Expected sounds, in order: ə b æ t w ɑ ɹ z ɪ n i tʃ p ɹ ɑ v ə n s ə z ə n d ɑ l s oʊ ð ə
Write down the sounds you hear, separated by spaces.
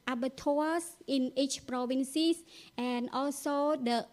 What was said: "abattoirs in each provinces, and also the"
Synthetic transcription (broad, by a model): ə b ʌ t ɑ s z ɪ n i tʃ p ɹ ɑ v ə n s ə s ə n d ɑ l s oʊ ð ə